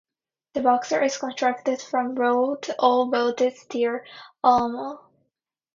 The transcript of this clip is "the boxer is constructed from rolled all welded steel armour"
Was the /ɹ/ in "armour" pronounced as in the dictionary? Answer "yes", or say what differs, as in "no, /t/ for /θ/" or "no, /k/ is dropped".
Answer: no, /l/ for /ɹ/